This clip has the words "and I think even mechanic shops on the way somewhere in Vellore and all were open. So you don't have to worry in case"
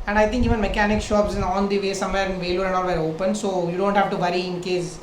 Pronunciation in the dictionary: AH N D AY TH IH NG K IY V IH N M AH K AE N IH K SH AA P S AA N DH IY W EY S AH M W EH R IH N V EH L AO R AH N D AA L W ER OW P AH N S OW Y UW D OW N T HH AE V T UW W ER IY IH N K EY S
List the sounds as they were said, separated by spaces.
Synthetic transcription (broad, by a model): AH N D AY T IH NG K IY V IH N M AH K AE N IH K SH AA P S AA N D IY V EY S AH M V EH R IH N V EH L AO R AH N D AA L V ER OW P AH N S OW Y UW D OW N T HH AE V T UW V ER IY IH N K EY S